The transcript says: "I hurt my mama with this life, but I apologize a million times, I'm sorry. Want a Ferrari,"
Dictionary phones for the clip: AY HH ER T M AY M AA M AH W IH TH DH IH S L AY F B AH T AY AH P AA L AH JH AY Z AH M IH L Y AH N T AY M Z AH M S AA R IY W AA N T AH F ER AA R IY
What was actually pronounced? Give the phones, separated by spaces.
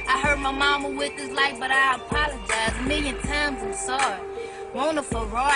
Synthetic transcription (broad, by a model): AY HH ER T M AY M AA M AH W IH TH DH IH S L AY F B AH T AY AH P AA L AH JH AY Z M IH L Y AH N T AY M Z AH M S AA R IY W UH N AH F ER R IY